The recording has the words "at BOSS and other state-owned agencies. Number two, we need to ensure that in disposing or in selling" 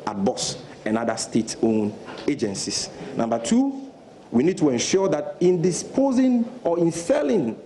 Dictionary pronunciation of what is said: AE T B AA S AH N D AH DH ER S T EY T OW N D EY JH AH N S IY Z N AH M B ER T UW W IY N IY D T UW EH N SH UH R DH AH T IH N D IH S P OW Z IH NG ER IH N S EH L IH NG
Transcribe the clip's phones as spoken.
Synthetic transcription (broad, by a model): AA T B AA S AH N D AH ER S T EY T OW N EY JH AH N S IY S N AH M B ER T UW W IY N IY D T UW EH N SH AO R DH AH T IH N D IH S P OW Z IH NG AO IH N S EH L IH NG